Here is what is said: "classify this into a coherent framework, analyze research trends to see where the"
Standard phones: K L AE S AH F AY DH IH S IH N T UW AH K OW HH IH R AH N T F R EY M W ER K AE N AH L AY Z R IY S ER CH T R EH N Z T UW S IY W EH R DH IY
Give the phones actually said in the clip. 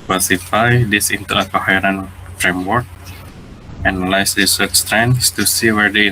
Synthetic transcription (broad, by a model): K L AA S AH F AY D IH S IH N T UW AH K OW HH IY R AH N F R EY M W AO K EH N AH L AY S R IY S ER S T R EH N S T UW S IY W EH R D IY